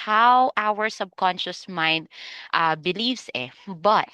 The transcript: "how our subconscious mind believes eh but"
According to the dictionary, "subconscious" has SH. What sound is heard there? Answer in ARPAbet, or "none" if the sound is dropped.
SH